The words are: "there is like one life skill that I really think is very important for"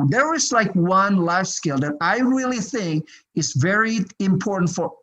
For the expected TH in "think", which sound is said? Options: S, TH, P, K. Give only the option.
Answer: TH